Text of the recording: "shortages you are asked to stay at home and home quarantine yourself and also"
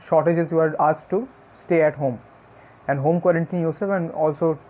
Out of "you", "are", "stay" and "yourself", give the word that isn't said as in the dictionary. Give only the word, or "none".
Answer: yourself